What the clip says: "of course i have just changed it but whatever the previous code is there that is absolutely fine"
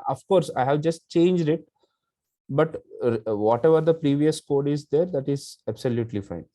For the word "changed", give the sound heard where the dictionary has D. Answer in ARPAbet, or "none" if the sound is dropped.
D